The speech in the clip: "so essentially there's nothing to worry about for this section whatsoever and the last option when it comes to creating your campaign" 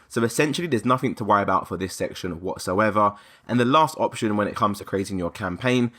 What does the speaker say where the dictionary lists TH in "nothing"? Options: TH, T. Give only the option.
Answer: TH